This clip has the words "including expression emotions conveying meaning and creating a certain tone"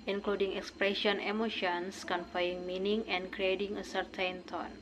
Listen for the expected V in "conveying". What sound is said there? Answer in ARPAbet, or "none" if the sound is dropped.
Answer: F